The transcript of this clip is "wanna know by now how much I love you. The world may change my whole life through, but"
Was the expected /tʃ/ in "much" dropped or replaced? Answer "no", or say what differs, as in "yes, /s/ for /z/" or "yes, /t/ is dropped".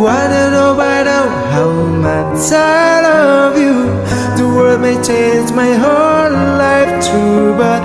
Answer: yes, /s/ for /tʃ/